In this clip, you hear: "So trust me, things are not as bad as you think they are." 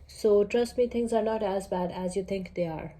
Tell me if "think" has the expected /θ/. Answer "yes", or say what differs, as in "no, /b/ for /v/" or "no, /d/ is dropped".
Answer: no, /t/ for /θ/